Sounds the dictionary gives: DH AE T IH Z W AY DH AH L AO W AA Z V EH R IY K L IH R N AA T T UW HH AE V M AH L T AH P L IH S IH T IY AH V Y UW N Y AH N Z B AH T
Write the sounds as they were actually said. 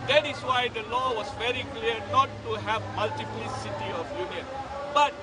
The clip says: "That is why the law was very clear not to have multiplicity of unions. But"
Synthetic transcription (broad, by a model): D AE T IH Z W AY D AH L AO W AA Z V EH R IY K L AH R N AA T T UW HH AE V M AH L T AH P L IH S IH T IY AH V Y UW N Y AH N B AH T